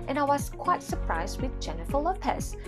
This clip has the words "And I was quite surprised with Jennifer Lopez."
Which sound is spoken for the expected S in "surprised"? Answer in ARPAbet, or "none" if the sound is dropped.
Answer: S